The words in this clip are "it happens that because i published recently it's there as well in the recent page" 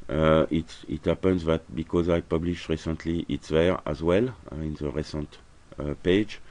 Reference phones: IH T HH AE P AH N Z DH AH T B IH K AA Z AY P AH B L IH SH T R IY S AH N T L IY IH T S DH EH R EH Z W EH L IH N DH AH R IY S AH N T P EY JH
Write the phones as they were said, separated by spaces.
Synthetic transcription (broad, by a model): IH T HH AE P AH N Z DH AH T B IH K AA Z AY P AH B L IH SH T R IY S AH N T L IY IH T S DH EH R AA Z W EH L IH N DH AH R IY S AH N T P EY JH